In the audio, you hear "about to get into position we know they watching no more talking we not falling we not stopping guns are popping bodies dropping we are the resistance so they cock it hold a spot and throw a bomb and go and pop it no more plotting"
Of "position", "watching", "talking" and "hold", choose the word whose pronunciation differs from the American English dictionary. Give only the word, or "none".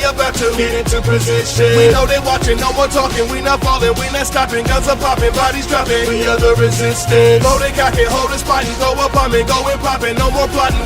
position